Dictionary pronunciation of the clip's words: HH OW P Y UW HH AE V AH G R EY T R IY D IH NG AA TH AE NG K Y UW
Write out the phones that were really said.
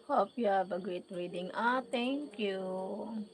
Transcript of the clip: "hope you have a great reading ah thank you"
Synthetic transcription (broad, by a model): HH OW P Y UW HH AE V AH G R EY T R IY D IH NG AA T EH NG K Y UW